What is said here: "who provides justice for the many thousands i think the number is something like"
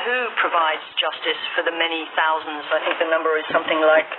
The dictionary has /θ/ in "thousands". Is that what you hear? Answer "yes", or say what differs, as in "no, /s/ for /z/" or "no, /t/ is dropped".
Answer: yes